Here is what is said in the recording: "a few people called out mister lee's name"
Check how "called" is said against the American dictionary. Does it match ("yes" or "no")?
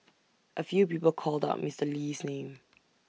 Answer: yes